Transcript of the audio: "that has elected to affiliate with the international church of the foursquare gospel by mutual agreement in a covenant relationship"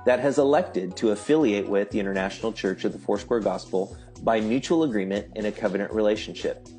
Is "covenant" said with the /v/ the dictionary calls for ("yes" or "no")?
yes